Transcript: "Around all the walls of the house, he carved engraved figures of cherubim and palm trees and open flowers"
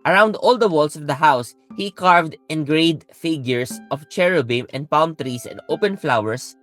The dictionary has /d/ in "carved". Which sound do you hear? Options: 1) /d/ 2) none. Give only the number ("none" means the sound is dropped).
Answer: 1